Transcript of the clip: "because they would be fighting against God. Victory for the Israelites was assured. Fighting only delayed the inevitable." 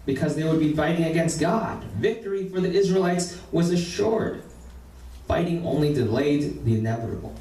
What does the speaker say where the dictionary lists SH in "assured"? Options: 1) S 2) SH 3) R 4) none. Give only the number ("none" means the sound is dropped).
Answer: 2